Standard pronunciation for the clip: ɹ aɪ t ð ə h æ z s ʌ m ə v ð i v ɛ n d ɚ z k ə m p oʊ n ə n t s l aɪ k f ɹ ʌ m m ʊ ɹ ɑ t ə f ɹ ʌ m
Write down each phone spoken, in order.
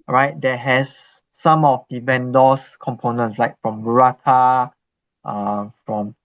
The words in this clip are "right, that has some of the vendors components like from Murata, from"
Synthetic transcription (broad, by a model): ɹ aɪ t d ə h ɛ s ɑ m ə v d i b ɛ n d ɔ s k ə m p oʊ n ə n t s l aɪ k f ɹ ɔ m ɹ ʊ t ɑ t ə f ɹ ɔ m